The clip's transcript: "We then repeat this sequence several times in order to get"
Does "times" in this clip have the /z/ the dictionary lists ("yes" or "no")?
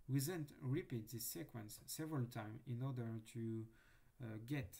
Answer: no